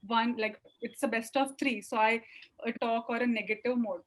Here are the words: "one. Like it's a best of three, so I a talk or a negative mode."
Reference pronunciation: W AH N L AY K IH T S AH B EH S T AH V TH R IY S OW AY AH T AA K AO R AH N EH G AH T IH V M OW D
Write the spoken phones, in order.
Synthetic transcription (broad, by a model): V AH N L AY K IH T S AH B EH S T AH V T R IY S OW AY AH T AA K AO R AH N EH G AH T IH V M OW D